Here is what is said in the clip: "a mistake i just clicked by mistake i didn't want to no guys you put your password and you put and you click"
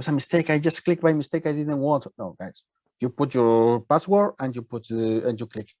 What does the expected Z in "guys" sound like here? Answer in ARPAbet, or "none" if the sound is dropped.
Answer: S